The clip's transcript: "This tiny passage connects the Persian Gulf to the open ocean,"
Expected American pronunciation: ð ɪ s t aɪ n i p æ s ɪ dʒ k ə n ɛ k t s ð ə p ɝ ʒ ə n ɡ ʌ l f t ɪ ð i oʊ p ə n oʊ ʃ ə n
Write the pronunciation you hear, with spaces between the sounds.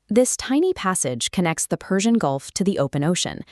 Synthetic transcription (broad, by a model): ð ɪ s t aɪ n i p æ s ɪ dʒ k ə n ɛ k t s ð ə p ɝ ʒ ə n ɡ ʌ l f t ɪ ð i oʊ p ə n oʊ ʃ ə n